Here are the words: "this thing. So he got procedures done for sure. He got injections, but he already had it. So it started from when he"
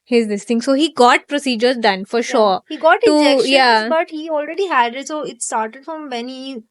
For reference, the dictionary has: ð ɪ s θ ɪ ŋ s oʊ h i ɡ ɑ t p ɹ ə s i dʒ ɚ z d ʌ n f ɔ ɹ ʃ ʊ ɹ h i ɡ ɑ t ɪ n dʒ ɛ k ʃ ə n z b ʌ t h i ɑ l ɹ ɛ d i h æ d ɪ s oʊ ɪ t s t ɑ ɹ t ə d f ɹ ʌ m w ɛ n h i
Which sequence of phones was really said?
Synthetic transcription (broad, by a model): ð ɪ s t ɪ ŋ s oʊ h i ɡ ɑ t p ɹ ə s i dʒ ɚ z d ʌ n f ɔ ɹ ʃ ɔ ɹ h i ɡ ɑ t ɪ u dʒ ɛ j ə b ʌ t h i ɑ l ɹ ɛ d i h æ d ɪ s oʊ ɪ t s t ɑ ɹ t ə d f ɹ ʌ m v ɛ n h i